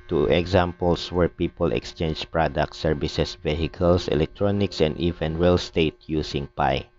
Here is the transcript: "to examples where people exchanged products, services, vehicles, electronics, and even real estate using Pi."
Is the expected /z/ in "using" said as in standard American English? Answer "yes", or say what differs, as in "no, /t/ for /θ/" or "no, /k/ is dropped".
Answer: no, /s/ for /z/